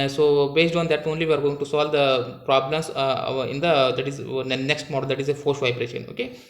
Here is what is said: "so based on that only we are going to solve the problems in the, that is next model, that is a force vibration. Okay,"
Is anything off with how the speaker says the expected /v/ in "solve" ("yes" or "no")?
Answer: no